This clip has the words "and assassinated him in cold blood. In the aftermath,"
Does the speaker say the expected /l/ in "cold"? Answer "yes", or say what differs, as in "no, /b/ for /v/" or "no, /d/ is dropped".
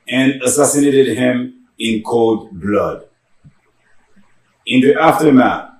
yes